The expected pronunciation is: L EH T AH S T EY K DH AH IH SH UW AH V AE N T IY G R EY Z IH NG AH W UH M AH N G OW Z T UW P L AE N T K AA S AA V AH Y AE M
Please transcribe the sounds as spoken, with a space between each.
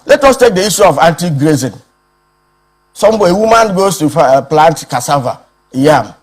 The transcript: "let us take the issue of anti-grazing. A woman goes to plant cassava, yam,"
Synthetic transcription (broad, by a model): L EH T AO S T EY K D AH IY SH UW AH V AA N T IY G R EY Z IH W AH W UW M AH N G OW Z T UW P L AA N T K AA S AA V AH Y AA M